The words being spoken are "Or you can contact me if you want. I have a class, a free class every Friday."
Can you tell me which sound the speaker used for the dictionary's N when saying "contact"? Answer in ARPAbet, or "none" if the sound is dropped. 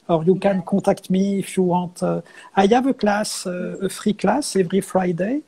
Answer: none